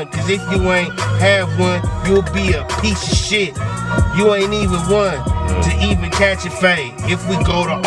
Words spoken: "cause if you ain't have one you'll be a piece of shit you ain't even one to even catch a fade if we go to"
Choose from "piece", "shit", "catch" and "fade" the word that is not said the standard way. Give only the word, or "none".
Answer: fade